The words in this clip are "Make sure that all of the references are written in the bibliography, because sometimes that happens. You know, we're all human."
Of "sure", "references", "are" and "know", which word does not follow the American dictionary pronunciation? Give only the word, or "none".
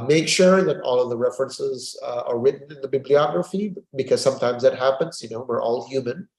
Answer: none